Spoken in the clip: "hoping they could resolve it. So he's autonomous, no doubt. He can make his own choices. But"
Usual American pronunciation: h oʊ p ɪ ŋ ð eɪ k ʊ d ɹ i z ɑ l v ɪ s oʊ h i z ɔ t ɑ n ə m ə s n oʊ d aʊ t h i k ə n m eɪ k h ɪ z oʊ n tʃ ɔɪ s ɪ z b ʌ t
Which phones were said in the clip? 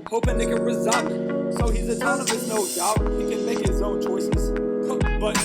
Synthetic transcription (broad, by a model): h oʊ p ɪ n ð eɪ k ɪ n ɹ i z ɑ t ɪ s oʊ h i z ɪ s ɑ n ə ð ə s n oʊ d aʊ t h i k ə n m eɪ k h ɪ z oʊ n tʃ ɔɪ s ɪ z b ʌ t